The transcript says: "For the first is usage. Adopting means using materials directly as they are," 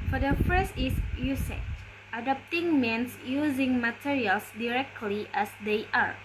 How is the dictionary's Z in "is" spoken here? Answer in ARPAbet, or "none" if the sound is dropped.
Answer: S